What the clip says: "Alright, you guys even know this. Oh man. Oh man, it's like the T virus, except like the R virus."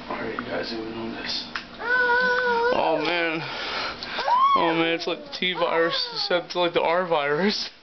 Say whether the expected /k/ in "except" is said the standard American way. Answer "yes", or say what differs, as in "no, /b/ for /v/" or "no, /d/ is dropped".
no, /k/ is dropped